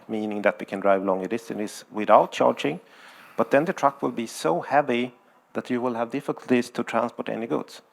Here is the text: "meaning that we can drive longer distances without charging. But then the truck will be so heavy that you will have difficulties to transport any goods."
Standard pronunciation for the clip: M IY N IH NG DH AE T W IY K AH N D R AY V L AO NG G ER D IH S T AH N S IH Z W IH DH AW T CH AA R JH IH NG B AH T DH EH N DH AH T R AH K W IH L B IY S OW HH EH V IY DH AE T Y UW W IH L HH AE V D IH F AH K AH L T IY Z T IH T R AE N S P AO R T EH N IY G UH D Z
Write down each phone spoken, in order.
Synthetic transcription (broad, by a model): M IY N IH NG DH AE T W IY K AH N D R AY V L AO NG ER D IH S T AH N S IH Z W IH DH AW T CH AA R JH IH NG B AH T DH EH N DH AH T R AH K W IH L B IY S OW HH EH V IY DH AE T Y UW W IH L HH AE V D IH F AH K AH L T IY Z T IH T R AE N S P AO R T EH N IY G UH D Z